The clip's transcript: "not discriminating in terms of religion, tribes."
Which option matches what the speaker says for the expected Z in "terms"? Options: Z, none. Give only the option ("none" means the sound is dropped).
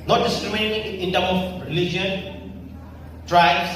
none